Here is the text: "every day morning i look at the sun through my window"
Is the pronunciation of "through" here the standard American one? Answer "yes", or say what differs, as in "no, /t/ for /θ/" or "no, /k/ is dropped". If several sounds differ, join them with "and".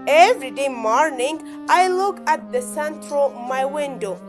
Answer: no, /t/ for /θ/